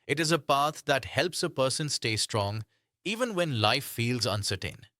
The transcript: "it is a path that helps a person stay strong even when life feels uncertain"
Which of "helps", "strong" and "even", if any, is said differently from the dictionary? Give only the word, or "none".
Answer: none